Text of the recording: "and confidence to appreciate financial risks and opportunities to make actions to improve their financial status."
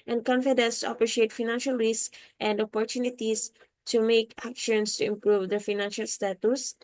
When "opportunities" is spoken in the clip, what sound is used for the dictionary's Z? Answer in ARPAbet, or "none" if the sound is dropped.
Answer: S